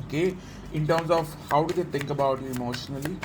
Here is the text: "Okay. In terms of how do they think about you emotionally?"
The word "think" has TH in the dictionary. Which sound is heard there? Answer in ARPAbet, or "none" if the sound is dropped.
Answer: T